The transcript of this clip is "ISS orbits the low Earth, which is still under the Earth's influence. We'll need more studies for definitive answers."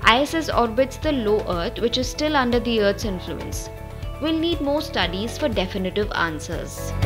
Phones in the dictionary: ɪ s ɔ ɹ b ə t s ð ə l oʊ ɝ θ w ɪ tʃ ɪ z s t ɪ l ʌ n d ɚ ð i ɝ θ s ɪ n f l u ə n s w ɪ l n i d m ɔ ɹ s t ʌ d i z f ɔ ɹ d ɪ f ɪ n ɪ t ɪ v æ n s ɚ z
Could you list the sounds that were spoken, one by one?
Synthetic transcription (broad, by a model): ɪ s ɔ ɹ b ə t s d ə l oʊ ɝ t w ɪ tʃ ɪ z s t ɪ l ʌ n d ɚ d i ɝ t s ɪ n f l u ə n s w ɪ l n i d m ɔ ɹ s t ʌ d i z f ɔ ɹ d ɪ f ɪ n ɪ t ɪ v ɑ n s ɚ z